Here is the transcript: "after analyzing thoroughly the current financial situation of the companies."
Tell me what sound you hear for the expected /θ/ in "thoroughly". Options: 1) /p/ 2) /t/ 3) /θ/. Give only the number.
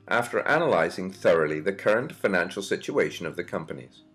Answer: 3